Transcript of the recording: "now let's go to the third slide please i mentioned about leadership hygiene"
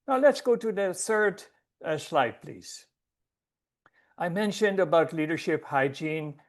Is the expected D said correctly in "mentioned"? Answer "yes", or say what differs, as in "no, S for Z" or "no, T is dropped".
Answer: yes